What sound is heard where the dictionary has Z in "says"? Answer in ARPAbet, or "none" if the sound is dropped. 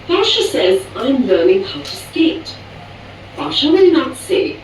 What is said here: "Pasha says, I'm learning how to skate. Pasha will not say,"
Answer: Z